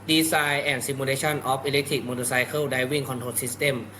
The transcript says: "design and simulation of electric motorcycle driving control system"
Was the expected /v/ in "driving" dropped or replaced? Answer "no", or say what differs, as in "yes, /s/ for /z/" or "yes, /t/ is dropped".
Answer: yes, /w/ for /v/